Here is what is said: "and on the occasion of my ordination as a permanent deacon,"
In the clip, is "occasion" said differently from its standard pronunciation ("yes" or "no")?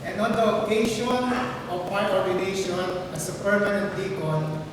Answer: yes